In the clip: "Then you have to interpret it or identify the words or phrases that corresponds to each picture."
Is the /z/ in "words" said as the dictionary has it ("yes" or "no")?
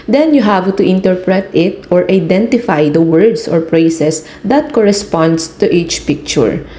no